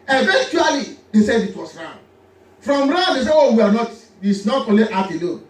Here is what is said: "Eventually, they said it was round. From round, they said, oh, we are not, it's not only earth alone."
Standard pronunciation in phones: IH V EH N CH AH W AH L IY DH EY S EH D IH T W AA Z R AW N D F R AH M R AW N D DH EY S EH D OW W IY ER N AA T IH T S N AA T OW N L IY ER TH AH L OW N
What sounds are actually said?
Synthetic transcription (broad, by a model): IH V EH N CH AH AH L IY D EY S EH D IH T W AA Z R AW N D F R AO M R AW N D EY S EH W OW W IY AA N AA T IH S N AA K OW L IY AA F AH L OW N